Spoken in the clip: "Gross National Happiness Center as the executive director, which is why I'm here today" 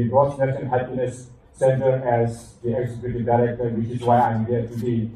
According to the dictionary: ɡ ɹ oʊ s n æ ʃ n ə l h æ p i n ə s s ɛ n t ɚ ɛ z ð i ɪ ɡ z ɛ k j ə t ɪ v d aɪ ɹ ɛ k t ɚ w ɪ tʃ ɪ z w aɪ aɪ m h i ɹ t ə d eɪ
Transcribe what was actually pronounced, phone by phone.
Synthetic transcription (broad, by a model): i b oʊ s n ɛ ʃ ə n h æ p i n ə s s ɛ n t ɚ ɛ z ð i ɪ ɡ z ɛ k j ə t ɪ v d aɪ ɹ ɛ k t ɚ w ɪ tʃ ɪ s w aɪ aɪ m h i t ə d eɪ